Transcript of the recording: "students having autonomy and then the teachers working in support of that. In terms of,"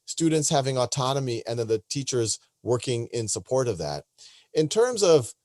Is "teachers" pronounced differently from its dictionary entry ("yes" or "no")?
no